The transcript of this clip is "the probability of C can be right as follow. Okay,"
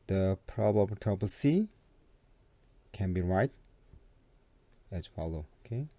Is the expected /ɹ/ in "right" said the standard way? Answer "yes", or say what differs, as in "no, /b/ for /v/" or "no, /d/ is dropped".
yes